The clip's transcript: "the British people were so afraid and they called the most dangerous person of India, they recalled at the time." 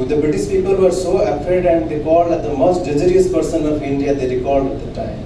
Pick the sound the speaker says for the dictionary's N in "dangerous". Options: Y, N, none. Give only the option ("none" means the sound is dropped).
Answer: none